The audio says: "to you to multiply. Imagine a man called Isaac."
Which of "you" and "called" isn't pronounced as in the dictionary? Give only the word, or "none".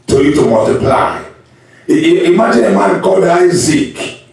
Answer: called